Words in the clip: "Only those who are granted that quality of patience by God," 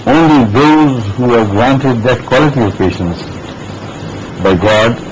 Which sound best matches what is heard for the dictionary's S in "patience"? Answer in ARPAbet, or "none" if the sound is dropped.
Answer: S